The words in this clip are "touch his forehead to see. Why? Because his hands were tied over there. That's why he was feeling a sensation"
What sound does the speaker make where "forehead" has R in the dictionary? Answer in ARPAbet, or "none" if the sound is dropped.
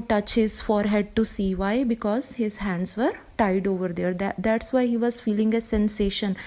R